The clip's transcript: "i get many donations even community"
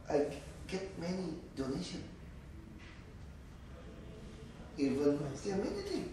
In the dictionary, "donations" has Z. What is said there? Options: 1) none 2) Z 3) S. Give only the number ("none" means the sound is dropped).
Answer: 1